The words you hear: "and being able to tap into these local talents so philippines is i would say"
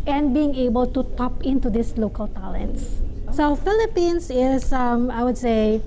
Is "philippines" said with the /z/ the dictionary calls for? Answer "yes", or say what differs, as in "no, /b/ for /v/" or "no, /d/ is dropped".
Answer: no, /s/ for /z/